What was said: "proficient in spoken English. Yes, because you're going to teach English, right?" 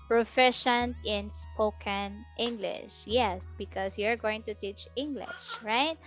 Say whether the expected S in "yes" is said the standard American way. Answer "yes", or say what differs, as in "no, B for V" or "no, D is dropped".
yes